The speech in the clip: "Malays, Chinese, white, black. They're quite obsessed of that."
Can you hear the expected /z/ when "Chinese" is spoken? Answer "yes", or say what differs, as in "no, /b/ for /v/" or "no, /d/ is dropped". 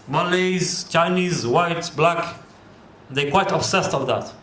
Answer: yes